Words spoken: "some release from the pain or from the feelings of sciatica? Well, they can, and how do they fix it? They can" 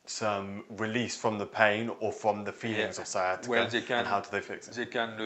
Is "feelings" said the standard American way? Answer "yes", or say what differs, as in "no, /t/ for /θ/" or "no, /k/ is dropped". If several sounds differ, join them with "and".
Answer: yes